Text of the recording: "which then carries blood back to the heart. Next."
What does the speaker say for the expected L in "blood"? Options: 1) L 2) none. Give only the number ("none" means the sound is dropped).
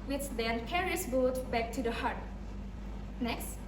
2